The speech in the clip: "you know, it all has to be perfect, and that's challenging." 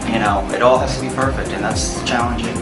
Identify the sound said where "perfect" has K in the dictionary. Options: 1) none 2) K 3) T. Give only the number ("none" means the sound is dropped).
2